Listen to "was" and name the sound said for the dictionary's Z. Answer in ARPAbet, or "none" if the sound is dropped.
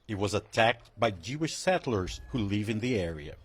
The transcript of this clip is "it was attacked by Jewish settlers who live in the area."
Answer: Z